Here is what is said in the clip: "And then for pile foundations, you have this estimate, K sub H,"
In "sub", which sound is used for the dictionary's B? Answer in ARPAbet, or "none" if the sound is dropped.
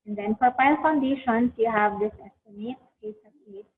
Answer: none